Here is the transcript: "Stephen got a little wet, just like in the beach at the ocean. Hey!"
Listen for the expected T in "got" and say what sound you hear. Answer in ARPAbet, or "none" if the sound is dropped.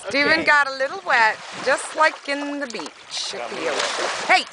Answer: T